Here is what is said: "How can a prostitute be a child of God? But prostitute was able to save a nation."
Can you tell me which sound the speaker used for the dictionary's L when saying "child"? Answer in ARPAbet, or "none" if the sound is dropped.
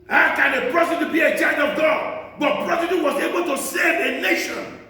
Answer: none